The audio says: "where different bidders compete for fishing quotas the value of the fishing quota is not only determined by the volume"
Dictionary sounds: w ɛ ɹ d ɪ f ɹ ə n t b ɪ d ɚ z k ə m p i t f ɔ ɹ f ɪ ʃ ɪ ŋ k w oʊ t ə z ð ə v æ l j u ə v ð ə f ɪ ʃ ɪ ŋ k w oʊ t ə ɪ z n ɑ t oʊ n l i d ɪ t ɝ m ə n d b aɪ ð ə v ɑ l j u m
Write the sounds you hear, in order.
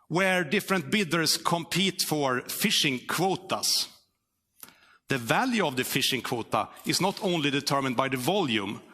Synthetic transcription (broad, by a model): w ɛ ɹ d ɪ f ɹ ə n t b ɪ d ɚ s k ə m p i t f ɔ ɹ f ɪ ʃ ɪ ŋ k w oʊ t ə s ð ə v æ l j u ə v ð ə f ɪ ʃ ɪ ŋ k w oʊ t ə ɪ s n ɑ t oʊ n l i d ɪ t ɝ m ə n d b aɪ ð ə v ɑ l j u m